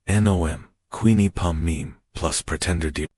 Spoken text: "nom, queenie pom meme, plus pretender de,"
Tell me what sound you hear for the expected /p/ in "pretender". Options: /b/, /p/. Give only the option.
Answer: /p/